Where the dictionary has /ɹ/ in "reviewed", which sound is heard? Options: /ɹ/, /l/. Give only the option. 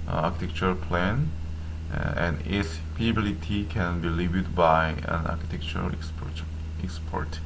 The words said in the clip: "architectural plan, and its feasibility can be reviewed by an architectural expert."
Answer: /l/